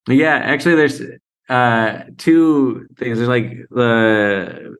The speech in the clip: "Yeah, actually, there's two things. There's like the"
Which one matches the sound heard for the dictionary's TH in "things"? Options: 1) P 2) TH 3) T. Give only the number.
2